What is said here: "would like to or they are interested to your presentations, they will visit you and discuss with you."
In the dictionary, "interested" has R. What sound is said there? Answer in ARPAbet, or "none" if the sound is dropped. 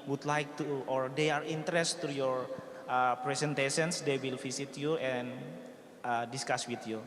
none